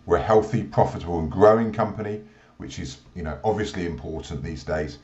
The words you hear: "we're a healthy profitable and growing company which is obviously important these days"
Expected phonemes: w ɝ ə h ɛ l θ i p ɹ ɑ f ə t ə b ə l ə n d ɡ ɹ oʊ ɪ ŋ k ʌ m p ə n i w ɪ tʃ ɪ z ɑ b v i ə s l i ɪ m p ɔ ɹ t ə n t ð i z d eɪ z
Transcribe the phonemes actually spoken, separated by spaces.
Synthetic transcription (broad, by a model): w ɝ ə h ɛ l θ i p ɹ ɑ f ə t ə b ə l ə n ɡ ɹ oʊ ɪ ŋ k ʌ m p ə n i w ɪ tʃ ɪ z ɑ b v i ə s l i ɪ m p ɔ t n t ð i z d eɪ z